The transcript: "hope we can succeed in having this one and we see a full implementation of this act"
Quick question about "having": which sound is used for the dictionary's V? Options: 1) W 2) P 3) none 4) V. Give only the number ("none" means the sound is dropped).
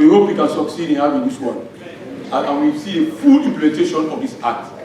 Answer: 1